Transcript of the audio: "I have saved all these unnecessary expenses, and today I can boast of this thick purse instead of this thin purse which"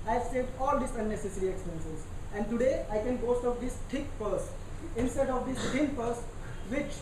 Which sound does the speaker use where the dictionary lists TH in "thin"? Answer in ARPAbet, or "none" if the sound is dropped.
T